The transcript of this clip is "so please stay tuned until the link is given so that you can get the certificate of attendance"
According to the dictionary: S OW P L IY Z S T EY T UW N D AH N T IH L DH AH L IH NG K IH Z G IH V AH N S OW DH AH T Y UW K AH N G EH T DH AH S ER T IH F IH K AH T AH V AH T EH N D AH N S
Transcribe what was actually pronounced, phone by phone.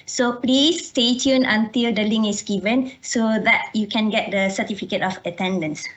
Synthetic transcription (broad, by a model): S OW P L IY S T EY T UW N AH N T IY L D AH L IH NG IH S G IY V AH N S OW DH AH T Y UW K AH N G EH T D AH S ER T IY F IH K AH T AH F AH T EH N D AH N S